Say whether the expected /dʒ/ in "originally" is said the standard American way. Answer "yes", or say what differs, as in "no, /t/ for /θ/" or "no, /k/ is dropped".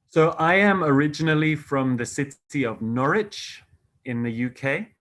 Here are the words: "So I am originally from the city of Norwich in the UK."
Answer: yes